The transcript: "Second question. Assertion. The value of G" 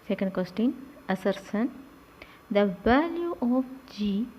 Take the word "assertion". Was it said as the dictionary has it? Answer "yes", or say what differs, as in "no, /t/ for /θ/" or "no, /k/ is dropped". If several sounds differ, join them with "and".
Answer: no, /s/ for /ʃ/